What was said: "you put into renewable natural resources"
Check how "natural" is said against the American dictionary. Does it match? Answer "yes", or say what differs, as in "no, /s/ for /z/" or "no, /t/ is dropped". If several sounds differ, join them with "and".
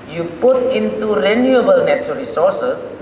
no, /ɹ/ is dropped